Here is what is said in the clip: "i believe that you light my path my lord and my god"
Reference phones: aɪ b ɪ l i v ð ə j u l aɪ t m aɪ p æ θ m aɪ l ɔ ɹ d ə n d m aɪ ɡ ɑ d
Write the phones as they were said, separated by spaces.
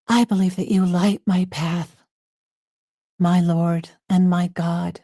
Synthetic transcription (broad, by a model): aɪ b ɪ l i v ð ə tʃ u l aɪ t m aɪ p æ θ m aɪ l ɔ ɹ d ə n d m aɪ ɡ ɑ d